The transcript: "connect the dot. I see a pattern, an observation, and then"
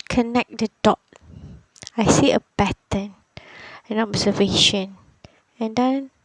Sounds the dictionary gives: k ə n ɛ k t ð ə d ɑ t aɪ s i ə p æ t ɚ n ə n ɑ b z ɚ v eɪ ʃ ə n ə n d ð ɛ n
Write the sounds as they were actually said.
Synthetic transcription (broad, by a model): k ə n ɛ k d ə d ɑ t aɪ s i ə b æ t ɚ n ə n ɑ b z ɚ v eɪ ʃ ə n ə n d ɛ n